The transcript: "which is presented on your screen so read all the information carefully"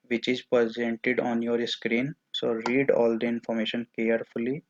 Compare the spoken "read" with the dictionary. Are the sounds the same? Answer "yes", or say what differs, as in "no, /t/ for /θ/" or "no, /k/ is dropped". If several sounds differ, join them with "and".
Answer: yes